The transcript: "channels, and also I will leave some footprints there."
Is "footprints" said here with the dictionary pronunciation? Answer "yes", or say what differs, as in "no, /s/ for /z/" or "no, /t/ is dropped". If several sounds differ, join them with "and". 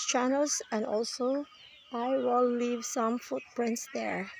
yes